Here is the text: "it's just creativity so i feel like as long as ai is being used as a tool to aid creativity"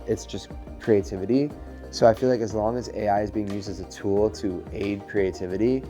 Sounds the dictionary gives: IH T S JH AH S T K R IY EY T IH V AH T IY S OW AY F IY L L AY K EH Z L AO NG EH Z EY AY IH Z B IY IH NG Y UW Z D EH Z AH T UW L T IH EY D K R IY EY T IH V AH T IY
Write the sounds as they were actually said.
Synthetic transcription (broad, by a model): IH T S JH AH S K R IY EY T IH V AH T IY S OW AY F IY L L AY K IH Z L AO NG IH Z EY AY IH Z B IY IH NG Y UW Z D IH Z AH T UW L T IH EY D K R IY EY T IH V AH T IY